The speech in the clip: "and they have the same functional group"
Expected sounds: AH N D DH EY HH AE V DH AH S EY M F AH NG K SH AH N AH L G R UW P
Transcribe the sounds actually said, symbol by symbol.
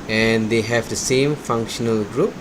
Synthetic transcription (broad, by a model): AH N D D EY HH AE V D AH S EY M F AH NG K SH AH N AH L G R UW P